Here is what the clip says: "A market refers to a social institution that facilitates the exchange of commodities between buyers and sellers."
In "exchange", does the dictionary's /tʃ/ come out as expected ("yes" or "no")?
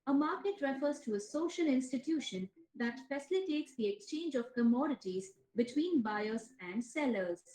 yes